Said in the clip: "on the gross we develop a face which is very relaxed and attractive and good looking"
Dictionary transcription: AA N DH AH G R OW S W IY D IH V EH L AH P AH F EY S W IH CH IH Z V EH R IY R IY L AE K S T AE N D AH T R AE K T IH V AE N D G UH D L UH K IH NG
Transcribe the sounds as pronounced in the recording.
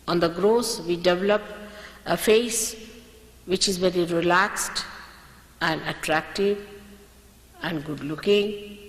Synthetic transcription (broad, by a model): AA N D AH G R OW S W IY D IH V EH L AH P AH F EY S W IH CH IH Z V EH R IY R IY L AE K S T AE N D AH T R AE K T IH V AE N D G UH D L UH K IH NG